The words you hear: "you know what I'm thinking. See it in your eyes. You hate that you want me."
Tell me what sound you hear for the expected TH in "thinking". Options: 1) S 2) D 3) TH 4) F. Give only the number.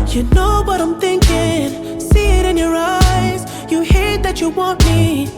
3